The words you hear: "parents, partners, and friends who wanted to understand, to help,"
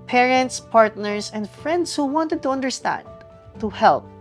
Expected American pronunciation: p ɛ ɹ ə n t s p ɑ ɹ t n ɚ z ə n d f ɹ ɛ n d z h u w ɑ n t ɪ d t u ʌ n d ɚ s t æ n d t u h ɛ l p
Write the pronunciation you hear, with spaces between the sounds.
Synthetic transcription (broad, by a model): p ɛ ɹ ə n t s p ɑ ɹ t n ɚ s ə n d f ɹ ɛ n d s h u w ɑ n t ɪ d t u ʌ n d ɚ s t æ n d t u h ɛ l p